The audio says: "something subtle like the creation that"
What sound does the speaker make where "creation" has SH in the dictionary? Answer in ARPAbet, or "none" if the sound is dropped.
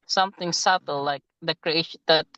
none